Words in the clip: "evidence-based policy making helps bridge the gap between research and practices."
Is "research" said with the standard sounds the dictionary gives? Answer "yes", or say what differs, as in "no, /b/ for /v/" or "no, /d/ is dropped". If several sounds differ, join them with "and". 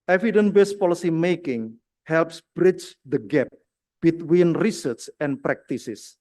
no, /s/ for /tʃ/